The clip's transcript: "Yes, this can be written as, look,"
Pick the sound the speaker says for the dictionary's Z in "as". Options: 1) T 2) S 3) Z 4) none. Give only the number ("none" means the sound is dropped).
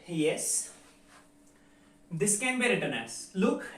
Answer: 2